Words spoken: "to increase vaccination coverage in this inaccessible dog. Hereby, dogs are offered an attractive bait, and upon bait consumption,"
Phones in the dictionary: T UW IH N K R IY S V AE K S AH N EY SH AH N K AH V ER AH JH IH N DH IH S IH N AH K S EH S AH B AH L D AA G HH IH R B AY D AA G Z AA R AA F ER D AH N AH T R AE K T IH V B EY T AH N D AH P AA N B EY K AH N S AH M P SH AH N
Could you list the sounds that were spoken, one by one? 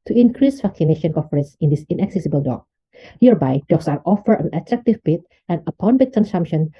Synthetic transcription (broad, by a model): T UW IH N K R IY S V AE K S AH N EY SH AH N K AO F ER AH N IH N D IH S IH N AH K S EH S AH B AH L D AA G HH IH R B AY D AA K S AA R AA F ER AH N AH T R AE K T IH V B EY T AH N AH P AA N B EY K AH N S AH M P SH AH N